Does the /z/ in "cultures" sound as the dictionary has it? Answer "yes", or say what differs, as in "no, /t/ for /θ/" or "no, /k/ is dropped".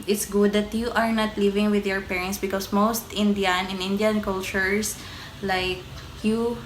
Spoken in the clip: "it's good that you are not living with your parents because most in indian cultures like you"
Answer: no, /s/ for /z/